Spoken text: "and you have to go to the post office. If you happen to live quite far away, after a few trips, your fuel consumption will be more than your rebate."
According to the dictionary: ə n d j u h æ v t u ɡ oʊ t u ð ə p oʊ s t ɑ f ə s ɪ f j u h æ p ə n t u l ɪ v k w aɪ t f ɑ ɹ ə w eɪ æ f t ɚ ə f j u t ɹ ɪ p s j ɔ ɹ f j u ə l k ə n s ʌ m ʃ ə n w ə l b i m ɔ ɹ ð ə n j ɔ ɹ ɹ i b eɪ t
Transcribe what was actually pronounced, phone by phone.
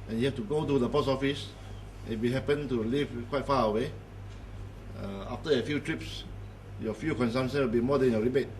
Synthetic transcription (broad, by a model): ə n j u h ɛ f t u ɡ oʊ t u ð ə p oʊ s ɑ f ə s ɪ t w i h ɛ p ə n t u l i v k w aɪ t f ɑ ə w eɪ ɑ f t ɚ ə f j u t ɹ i p s j ɔ f j u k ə n s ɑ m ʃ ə n w ə l b i m ɔ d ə n j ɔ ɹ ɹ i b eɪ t